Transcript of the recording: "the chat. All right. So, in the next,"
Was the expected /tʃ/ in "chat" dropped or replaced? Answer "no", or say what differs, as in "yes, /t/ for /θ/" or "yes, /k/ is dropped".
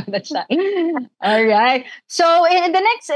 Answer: yes, /s/ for /tʃ/